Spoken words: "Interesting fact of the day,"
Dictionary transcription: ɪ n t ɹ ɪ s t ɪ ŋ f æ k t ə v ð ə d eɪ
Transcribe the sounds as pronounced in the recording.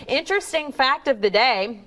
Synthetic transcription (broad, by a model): ɪ n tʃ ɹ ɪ s t ɪ ŋ f æ k t ə v ð ə d eɪ